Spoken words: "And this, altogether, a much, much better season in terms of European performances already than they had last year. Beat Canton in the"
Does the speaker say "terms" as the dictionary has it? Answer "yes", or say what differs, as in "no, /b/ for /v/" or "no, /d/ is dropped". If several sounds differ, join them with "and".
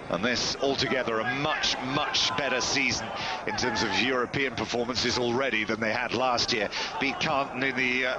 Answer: yes